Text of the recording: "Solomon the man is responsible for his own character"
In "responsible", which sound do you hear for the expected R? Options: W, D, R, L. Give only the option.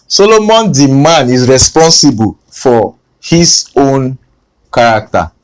R